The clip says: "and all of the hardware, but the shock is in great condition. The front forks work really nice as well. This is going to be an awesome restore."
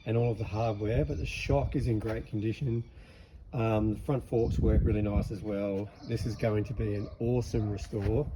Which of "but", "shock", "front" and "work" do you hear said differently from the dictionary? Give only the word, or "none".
none